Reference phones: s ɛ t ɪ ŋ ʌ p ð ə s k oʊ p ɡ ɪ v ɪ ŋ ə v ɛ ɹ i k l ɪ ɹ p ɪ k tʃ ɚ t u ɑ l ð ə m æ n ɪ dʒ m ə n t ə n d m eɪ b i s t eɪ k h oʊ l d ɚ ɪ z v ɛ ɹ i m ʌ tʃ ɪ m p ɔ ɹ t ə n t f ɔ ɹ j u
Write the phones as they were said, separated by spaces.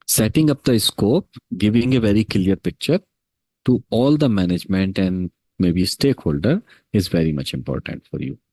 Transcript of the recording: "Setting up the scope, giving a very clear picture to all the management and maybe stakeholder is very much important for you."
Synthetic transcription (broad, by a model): s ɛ t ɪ ŋ ʌ p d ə s k oʊ p ɡ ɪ v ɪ ŋ ə v ɛ ɹ i k l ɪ ɹ p ɪ k tʃ ɚ t u ɑ l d ə m æ n ɪ dʒ m ə n t ə n d m eɪ b i s t eɪ k h oʊ l d ɚ ɪ z v ɛ ɹ i m ʌ tʃ ɪ m p ɔ ɹ t ə n t f ɔ ɹ j u